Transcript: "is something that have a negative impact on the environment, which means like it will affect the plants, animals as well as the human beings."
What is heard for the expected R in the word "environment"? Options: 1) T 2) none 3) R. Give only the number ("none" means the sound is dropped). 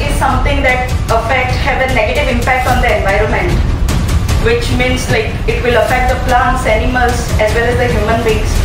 3